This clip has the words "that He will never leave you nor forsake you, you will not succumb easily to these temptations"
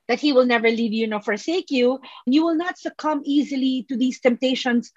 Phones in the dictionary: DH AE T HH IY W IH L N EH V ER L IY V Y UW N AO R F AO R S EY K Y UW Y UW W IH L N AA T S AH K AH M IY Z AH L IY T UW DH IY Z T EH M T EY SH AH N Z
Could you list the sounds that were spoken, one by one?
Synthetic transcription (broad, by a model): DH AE T HH IY W IH L N EH V ER L IY V Y UW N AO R F AO R S EY K Y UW Y UW W IH L N AA T S AH K AH M IY Z AH L IY T UW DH IY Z T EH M T EY SH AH N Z